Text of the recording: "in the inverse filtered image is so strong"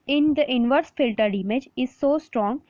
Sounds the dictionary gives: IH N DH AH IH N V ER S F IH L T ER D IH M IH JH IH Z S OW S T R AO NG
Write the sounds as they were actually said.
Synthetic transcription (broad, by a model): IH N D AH IH N V ER S F IH L T ER D IH M IH JH IH Z S OW S T R AO NG